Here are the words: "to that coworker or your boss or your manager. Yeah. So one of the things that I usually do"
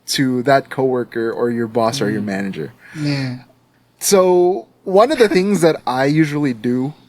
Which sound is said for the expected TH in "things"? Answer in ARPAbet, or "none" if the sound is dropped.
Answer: TH